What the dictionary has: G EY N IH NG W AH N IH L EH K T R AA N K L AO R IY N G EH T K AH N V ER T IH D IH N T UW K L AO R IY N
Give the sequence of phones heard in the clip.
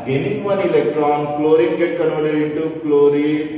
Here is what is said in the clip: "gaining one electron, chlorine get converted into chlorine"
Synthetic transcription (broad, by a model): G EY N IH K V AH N IH L EH K T R AA N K L AO R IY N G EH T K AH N AO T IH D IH N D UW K L AO R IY